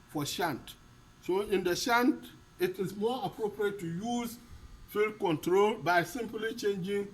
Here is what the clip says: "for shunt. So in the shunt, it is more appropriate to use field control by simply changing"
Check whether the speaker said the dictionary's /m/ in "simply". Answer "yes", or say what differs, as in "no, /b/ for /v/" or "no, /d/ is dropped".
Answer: yes